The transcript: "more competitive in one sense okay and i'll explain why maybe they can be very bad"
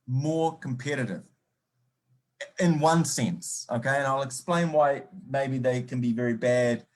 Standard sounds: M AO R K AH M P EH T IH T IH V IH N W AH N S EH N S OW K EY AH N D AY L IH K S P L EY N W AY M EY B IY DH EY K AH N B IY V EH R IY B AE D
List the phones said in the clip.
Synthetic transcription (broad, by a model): M AO R K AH M P EH T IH T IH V IH N W AH N S EH N S OW K EY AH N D AY L IH K S P L EY N W AY M EY B IY DH EY K AH N B IY V EH R IY B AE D